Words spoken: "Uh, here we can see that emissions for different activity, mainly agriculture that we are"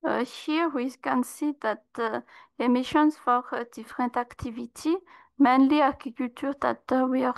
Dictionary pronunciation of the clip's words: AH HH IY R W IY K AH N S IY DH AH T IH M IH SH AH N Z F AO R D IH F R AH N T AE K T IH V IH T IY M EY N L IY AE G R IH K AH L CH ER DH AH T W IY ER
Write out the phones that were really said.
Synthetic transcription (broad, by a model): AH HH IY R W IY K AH N S IY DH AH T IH M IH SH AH N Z F AO R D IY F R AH N T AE K T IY V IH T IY M EY N L IY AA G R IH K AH L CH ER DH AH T W IY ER